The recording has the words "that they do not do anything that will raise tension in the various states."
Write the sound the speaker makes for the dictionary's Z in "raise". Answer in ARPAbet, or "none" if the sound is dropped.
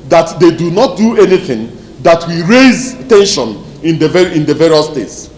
Z